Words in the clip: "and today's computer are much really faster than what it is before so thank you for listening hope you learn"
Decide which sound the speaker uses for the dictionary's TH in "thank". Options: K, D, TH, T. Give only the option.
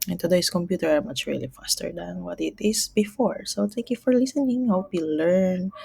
T